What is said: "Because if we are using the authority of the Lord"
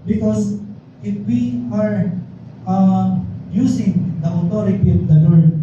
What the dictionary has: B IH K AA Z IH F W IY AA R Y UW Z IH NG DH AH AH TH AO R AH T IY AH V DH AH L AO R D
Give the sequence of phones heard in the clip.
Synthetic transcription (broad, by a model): B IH K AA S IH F W IY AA R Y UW S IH NG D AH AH T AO R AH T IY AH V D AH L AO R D